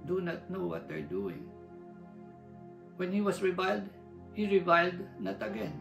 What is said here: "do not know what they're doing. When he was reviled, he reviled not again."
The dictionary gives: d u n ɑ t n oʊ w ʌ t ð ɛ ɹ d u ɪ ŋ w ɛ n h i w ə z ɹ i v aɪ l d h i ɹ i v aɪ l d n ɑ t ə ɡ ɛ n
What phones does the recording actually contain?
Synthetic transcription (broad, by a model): d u n ɑ t n oʊ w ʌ t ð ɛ ɹ d u ɪ ŋ w ɛ n h i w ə s ɹ i v aɪ l d h i ɹ i v aɪ l d n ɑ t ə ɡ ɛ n